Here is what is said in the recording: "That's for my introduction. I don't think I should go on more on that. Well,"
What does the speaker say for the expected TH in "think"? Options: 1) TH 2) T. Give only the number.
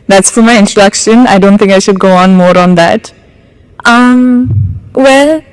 1